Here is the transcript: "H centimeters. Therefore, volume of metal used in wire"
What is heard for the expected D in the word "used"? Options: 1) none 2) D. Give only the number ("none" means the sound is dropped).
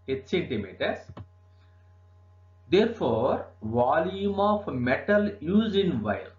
1